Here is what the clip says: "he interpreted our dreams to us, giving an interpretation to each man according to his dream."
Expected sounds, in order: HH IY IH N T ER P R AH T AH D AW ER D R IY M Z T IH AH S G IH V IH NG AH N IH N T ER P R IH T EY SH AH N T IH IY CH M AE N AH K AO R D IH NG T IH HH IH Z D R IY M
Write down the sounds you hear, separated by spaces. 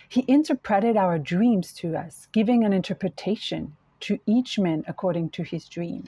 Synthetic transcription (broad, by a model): HH IY IH N T ER P R AH T AH D AW ER D R IY M Z T IH AH S G IH V IH NG AH N IH N T ER P R IH T EY SH AH N T IH IY CH M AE N AH K AO R D IH NG T IH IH Z D R IY M